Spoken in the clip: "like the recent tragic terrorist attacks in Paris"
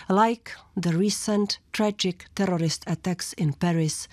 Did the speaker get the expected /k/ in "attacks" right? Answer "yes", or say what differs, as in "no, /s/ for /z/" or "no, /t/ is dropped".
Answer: yes